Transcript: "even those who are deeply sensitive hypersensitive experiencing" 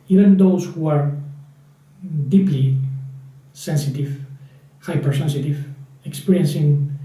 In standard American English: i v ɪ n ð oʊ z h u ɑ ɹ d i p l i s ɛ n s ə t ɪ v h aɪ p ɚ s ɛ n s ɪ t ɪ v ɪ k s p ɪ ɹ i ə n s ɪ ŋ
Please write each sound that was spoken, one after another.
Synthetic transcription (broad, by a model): i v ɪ n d oʊ s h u ɑ ɹ d i p l i s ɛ n s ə t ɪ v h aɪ p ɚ s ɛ n s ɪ t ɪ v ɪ k s p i ɹ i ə n s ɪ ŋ